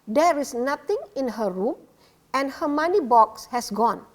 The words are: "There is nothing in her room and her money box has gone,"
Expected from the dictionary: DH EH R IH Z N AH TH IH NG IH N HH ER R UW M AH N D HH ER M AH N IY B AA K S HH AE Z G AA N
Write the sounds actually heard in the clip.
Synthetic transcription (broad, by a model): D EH R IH S N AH T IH NG IH N HH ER R UW M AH N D HH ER M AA N IY B AA K S HH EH S G AA N